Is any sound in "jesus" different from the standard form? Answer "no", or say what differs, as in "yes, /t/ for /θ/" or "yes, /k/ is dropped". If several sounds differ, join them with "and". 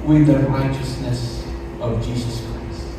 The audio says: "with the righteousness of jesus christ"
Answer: no